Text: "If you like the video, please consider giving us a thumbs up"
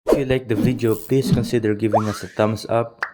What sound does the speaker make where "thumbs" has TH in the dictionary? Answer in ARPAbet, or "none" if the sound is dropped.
T